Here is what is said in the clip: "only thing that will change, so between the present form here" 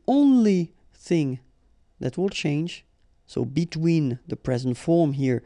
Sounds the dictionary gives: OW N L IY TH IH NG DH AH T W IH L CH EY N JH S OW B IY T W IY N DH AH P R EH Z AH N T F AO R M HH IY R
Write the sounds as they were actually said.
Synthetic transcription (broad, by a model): OW N L IY TH IH NG DH AH T W IH L CH EY N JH S OW B IY T W IY N DH AH P R EH Z AH N T F AO R M HH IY R